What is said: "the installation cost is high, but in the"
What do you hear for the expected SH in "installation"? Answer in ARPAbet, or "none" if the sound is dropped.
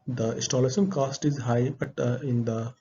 S